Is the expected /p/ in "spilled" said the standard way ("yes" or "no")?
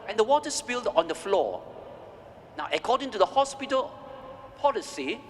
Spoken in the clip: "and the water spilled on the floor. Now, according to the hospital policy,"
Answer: no